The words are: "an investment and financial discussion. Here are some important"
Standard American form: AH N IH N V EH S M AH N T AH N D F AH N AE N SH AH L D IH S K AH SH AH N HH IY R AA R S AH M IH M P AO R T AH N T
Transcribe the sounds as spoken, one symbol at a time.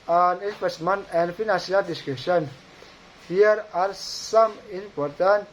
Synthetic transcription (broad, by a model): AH N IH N P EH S M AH N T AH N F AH N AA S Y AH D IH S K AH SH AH N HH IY R AA R S AH M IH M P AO R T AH N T